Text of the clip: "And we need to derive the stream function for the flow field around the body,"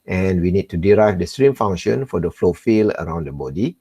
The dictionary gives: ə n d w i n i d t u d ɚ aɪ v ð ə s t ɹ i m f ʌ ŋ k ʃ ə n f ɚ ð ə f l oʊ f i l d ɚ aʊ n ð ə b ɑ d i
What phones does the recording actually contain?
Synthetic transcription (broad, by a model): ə n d w i n i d t u d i aɪ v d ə s t ɹ i m f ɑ ŋ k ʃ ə n f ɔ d ə f l oʊ f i l ɚ aʊ n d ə b ɑ d i